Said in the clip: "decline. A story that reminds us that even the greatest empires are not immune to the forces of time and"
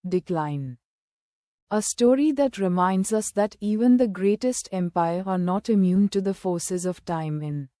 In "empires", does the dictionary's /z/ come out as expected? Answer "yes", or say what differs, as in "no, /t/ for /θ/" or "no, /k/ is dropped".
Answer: no, /z/ is dropped